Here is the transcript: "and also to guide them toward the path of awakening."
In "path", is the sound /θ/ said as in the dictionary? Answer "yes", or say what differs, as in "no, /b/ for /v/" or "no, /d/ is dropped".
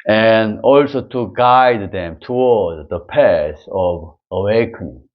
no, /s/ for /θ/